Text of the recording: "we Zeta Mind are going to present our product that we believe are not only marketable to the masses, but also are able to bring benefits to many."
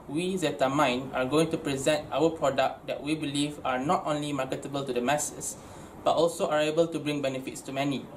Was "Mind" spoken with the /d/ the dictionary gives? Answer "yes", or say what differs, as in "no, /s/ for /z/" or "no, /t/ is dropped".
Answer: no, /d/ is dropped